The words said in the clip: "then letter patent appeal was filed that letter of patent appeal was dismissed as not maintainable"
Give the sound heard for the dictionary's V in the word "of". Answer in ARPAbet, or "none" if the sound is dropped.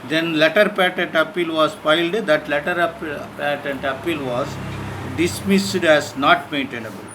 P